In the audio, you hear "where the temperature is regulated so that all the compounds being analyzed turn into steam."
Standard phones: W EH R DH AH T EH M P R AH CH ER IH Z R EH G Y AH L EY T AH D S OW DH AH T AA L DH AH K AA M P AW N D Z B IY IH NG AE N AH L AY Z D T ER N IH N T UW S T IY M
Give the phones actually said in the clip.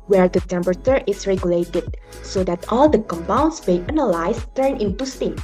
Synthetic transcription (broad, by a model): W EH R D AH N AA M B R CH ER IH S R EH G Y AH L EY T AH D S OW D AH T AA L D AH K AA M P AW N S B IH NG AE N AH L AY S T ER N IH N T UW S T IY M